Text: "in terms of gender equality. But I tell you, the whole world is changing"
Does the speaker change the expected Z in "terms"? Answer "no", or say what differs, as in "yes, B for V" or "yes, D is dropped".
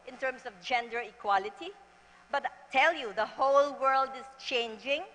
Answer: yes, S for Z